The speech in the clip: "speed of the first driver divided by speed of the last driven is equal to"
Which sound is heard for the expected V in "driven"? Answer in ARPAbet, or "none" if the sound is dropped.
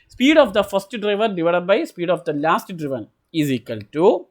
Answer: V